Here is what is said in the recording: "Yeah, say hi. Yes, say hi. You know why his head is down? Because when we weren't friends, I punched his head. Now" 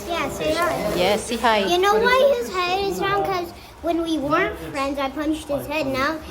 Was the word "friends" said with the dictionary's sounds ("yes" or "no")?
yes